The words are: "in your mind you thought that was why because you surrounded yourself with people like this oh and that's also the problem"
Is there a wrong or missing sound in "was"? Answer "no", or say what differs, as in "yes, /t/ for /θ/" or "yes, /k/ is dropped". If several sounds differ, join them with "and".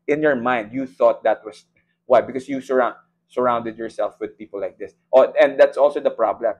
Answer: yes, /s/ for /z/